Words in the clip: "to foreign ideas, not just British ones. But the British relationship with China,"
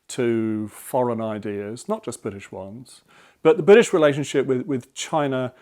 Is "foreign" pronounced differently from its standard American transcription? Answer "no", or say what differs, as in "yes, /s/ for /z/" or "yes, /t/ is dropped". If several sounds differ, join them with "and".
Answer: no